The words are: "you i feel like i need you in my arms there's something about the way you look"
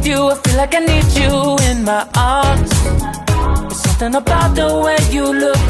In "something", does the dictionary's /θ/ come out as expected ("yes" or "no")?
yes